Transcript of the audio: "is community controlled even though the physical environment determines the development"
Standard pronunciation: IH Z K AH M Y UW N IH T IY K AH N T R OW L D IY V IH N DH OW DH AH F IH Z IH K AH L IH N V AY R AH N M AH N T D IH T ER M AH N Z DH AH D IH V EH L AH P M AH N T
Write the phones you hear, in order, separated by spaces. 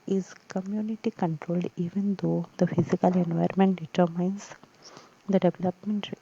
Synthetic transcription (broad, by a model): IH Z K AH M Y UW N IH T IY K AH N T R OW L D IY V IH N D OW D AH F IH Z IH K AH L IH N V AY AH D M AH N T D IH T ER M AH N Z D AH D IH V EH L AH P M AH N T